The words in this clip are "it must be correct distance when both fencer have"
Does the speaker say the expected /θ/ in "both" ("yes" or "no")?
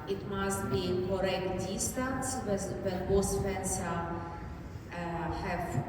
no